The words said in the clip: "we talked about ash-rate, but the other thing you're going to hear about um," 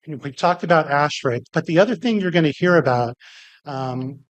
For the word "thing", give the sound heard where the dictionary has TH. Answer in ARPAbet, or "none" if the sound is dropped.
TH